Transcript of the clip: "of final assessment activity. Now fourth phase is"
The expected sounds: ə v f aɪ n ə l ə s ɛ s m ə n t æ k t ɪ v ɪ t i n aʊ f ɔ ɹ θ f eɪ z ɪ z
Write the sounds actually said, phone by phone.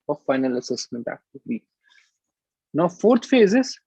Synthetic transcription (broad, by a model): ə f aɪ n ə l ə s ɛ s m ə n t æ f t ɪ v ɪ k n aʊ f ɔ ɹ t f eɪ z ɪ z